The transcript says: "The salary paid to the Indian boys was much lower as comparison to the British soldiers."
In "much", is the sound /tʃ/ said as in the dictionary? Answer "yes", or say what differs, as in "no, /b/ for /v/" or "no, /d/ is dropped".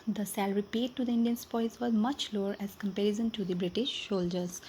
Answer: yes